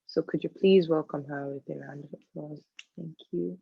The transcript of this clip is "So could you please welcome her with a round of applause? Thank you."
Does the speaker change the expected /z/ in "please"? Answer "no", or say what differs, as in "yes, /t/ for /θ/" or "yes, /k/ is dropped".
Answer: no